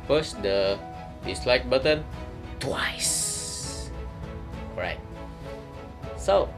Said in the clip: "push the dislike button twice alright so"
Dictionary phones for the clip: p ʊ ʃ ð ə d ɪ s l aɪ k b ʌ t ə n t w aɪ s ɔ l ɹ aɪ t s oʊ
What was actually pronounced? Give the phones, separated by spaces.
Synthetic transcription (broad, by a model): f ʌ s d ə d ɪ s l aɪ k b ʌ t ə n t w aɪ s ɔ ɹ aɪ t s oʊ